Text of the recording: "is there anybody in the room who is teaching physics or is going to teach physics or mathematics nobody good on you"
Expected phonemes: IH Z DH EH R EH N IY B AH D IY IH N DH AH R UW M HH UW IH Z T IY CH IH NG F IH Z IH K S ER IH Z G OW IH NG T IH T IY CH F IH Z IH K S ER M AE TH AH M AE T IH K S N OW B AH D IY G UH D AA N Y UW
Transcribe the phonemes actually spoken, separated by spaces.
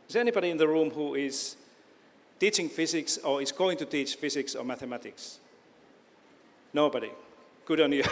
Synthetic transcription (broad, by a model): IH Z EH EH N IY B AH D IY IH N DH AH R UW M HH UW IH Z T IY CH IH NG F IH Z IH K S ER IH Z G OW IH NG T IH T IY CH F IH Z IH K S ER M AE TH AH M AE T IH K S N OW B AH D IY G UH D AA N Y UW